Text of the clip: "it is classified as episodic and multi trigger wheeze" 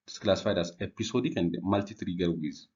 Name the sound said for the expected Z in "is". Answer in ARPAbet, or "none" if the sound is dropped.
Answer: S